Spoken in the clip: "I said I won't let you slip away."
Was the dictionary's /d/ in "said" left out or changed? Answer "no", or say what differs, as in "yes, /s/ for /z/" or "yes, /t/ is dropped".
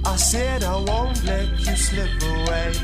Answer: no